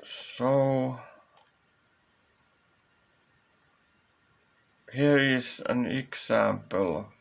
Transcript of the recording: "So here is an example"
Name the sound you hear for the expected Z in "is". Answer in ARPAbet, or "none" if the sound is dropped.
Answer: S